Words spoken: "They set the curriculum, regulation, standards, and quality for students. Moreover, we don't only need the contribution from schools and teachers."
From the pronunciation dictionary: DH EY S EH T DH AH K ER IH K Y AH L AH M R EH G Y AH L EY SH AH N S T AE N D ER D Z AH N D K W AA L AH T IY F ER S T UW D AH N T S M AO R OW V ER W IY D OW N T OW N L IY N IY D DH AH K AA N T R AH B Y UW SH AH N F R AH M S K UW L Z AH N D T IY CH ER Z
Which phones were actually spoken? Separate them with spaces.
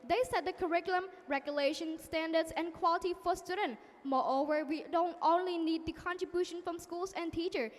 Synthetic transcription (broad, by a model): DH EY S EH T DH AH K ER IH K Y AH L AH M R EH G Y AH L EY SH AH N S T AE N D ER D S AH N K W AA L AH T IY F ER S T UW D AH N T M AO R OW V ER W IY D OW N T OW N L IY N IY D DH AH K AA N T R AH B Y UW SH AH N F R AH M S K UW L S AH N T IY CH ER